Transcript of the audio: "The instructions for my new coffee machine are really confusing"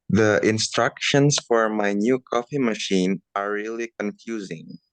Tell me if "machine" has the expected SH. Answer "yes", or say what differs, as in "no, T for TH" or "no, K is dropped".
yes